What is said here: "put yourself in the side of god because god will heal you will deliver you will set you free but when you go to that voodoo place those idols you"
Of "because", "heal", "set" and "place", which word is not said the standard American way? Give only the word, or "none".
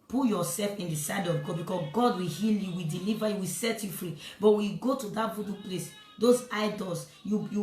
because